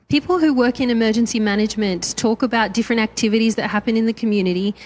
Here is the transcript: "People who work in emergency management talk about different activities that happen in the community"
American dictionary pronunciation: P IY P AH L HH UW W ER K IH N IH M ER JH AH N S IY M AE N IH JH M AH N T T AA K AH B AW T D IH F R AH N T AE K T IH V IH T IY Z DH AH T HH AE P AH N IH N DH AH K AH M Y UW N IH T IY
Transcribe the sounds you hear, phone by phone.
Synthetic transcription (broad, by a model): P IY P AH L HH UW W ER K IH N IH M ER JH AH N S IY M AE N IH JH M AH N T T AA K AH B AW T D IH F R AH N T AE K T IH V IH T IY Z DH AH T HH AE P AH N IH N DH AH K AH M Y UW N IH T IY